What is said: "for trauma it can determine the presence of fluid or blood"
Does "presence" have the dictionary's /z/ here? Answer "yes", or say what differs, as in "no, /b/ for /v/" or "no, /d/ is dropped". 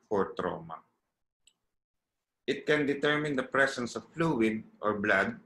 no, /s/ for /z/